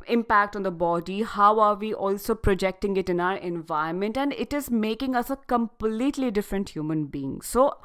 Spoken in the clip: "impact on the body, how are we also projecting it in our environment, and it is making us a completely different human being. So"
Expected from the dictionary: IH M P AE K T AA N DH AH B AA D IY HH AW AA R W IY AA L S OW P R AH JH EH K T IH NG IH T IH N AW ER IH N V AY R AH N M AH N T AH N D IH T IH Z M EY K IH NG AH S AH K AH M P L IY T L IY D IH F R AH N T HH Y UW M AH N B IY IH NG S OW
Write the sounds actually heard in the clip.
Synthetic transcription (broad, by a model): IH M P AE K T AA N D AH B AA D IY HH AW AA R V IY AA L S OW P R AH JH EH K T IH NG IH T IH N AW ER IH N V AY AH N M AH N T AH N D IH T IH Z M EY K IH NG AH S AH K AH M P L IY T L IY D IH F R AH N T HH Y UW M AH N B IY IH NG S OW